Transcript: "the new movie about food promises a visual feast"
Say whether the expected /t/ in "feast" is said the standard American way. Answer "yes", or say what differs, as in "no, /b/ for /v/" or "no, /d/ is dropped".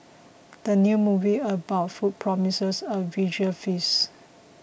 no, /t/ is dropped